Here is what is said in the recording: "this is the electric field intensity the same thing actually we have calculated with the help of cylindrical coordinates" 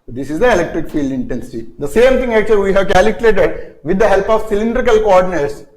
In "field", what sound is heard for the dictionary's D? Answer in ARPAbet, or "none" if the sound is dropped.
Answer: D